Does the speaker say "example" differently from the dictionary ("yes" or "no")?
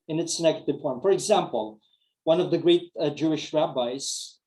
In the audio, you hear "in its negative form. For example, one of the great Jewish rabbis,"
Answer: no